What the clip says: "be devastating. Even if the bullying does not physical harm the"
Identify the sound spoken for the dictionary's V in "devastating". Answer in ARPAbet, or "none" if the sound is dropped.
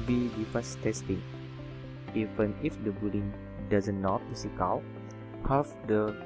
F